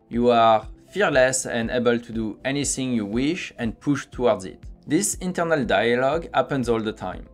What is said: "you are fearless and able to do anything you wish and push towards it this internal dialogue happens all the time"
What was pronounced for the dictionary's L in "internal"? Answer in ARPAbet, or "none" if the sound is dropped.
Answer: L